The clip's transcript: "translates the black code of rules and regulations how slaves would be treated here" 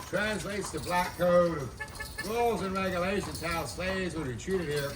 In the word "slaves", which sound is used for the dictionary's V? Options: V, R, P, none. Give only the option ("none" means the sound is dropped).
none